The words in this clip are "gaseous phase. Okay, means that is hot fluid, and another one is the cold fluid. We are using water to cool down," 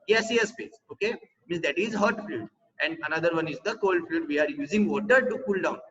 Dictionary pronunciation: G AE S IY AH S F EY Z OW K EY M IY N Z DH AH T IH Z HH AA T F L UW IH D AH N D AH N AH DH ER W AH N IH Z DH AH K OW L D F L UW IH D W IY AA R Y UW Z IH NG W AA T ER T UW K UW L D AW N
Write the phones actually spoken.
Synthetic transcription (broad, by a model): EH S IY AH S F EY S OW K EY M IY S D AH T IH Z HH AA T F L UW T AH N D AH N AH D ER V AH N IH Z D AH K OW L D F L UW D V IY AA R Y UW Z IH NG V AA T ER T UW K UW L D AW N